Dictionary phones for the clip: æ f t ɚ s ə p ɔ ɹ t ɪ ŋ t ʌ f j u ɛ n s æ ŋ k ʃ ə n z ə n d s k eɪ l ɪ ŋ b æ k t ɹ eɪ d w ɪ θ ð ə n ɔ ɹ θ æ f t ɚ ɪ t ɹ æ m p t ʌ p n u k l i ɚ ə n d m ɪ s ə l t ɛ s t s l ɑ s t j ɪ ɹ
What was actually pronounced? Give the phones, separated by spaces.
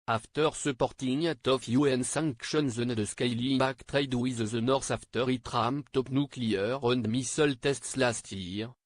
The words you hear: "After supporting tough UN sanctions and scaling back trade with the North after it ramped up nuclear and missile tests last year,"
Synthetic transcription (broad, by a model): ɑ f t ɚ s ə p ɔ ɹ t ɪ ŋ t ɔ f j u ɛ n s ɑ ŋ k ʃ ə n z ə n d s k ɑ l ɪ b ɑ k t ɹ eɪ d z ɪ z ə n ɔ ɹ s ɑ f t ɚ ɪ t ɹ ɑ m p t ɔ p n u k l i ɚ ə n d m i s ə l t ɛ s t s l ɑ s t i ɹ